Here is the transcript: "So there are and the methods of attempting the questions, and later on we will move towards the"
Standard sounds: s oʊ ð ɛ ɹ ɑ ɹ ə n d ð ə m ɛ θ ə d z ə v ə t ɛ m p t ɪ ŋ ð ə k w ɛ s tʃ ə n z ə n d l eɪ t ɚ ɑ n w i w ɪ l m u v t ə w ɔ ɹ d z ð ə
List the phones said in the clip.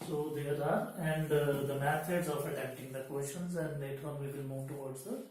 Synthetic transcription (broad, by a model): s oʊ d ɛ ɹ ɑ ɹ ə n d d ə m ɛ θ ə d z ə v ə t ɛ p t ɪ ŋ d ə k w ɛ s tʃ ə n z ə n d l eɪ t ɚ ɑ n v i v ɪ l m u v t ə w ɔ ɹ d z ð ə